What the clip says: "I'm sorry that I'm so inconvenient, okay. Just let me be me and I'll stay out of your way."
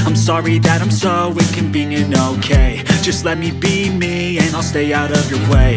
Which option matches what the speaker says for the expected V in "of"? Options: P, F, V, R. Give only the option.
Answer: V